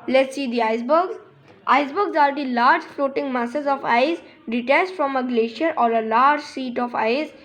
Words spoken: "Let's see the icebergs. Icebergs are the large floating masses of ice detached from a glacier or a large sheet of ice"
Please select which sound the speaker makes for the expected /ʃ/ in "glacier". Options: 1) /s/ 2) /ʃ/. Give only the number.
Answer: 2